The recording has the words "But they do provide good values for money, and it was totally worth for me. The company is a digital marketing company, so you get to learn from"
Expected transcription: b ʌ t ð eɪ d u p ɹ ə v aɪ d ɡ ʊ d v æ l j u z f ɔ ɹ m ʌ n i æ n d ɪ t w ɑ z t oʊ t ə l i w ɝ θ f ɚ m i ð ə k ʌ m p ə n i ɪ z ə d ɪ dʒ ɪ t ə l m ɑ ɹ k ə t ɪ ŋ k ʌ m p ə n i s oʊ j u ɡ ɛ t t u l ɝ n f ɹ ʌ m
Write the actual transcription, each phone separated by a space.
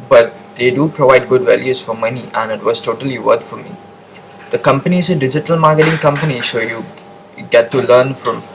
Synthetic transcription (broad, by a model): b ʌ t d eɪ d u p ɹ ə v aɪ d ɡ ʊ d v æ l j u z f ɔ ɹ m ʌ n i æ n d ɪ t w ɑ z t oʊ t ə l i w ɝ t f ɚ m i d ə k ʌ m p ə n i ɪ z ə d ɪ dʒ ɪ t ə l m ɑ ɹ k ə t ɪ ŋ k ʌ m p ə n i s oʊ j u ɡ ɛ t t u l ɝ n f ɹ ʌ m